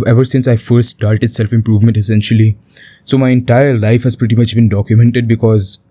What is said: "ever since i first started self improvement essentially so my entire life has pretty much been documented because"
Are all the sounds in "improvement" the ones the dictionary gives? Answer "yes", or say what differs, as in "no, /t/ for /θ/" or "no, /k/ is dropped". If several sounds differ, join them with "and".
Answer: yes